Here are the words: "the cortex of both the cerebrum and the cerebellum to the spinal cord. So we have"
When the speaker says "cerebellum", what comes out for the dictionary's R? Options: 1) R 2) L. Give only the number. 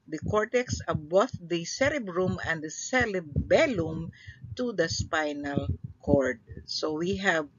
2